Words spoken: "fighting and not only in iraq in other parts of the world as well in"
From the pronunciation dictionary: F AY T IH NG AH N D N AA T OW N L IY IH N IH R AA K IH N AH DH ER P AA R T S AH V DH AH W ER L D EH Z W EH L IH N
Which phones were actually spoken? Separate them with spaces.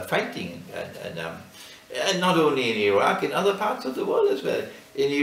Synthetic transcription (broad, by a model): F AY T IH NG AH N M N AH T OW N L IY IH N IH R AA K IH N AH DH ER P AA R T S AH V DH AH W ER L D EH Z W EH L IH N